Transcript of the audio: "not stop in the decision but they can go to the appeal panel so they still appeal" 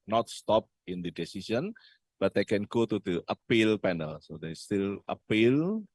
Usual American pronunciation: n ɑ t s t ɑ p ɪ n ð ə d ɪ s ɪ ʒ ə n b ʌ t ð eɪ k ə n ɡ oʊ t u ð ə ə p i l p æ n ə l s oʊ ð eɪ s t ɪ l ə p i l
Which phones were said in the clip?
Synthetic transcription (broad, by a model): n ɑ t s t ɑ p ɪ n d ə d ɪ s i s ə n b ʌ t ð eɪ k ə n ɡ oʊ t u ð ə ə p i l p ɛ n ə l s oʊ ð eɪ s t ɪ l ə p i l